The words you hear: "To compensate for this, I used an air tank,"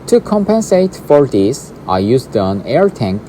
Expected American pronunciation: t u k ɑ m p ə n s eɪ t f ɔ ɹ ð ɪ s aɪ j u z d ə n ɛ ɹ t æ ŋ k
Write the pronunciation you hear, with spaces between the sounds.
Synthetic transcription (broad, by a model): t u k ɑ m p ə n s eɪ t f ɔ ɹ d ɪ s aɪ j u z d ə n ɛ ɹ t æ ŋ k